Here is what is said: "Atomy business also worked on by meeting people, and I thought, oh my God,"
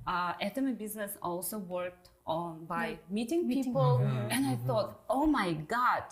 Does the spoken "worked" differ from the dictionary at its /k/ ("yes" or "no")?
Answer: no